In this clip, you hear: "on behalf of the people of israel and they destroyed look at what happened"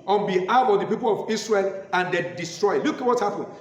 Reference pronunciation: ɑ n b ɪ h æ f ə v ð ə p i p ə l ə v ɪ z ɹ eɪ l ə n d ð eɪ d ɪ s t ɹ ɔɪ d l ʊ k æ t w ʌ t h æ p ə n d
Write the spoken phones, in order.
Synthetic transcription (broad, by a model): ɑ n b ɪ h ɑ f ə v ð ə p i p ə l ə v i s ɹ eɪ l ə n d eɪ d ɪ s t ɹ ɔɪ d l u k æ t w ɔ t h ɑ p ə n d